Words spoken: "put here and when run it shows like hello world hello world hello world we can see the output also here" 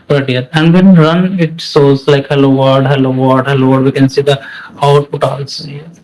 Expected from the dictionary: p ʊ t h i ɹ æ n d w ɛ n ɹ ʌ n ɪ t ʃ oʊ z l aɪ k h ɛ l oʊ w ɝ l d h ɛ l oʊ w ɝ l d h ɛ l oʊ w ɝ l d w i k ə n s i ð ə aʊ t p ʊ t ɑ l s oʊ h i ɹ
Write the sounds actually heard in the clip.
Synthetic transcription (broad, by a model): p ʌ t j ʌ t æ n d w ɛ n ɹ ʌ n ɪ t s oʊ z l aɪ k h ɛ l oʊ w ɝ d h ɛ l oʊ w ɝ d h ɛ l oʊ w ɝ d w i k ə n s i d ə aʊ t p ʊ t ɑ l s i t